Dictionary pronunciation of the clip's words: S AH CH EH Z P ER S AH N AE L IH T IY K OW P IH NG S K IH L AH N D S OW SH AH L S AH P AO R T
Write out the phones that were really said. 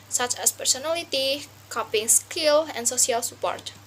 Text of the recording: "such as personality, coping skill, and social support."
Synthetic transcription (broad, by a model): S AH CH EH S P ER S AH N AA L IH T IY K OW P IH NG S K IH L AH N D S OW S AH L S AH P AO R T